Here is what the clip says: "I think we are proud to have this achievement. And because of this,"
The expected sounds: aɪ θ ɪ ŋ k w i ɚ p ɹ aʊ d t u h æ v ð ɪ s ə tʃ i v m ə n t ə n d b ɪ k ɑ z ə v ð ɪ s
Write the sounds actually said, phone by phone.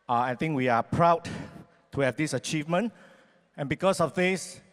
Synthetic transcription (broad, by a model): aɪ t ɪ ŋ k w i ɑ p ɹ aʊ d t u h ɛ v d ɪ s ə tʃ i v m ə n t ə n b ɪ k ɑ s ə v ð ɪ s